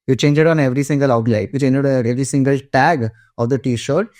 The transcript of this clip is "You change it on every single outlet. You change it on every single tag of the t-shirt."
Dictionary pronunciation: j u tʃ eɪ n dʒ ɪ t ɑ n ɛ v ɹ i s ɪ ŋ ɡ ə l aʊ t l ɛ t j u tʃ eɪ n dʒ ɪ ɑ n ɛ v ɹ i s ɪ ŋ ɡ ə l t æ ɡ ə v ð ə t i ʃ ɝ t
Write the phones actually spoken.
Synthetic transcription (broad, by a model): j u tʃ eɪ n dʒ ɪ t ɑ n ɛ v ɹ i s ɪ ŋ ɡ ə l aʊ t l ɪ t j u tʃ eɪ n dʒ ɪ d ɛ v ɹ i s ɪ ŋ ɡ ə l t æ ɡ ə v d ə t i ʃ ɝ t